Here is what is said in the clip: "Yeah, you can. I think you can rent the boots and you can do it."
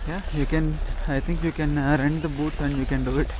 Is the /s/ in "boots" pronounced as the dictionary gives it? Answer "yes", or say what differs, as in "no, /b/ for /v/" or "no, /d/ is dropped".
yes